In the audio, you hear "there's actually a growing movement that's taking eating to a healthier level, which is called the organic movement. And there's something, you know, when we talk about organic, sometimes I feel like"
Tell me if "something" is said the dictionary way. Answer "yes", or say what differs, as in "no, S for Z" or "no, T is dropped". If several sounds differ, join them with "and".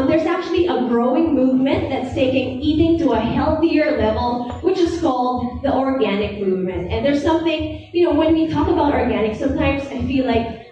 yes